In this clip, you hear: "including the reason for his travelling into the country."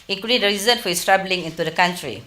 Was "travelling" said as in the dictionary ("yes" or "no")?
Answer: no